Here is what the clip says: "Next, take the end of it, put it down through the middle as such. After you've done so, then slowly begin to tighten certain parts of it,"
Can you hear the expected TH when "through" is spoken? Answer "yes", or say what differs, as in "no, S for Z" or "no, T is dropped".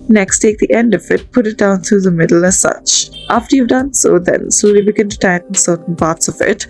no, T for TH